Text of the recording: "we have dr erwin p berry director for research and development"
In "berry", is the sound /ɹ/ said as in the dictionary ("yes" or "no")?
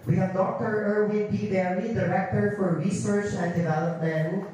no